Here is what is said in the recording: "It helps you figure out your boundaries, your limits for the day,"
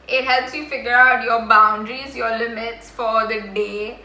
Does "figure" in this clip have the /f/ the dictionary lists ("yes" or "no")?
yes